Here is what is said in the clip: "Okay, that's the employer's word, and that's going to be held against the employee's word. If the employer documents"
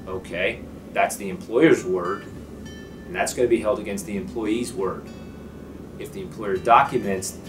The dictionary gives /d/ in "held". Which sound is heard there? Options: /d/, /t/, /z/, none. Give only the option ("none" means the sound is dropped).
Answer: /d/